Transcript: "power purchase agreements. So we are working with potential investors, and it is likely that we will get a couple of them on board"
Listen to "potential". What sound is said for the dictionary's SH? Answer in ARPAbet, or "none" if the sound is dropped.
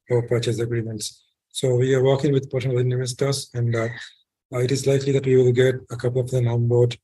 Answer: none